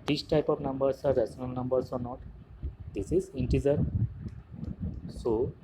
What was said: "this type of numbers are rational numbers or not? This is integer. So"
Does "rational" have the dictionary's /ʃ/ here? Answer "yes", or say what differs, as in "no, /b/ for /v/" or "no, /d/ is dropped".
no, /s/ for /ʃ/